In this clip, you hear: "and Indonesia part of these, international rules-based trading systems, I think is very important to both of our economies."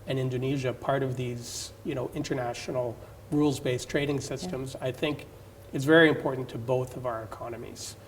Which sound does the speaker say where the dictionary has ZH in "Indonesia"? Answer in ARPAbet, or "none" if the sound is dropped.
ZH